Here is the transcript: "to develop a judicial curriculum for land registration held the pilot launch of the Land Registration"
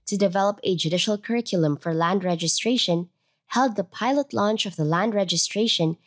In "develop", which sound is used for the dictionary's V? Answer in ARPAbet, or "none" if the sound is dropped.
V